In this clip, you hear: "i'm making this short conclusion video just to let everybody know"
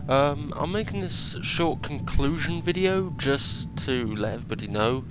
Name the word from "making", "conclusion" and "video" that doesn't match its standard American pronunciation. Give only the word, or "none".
none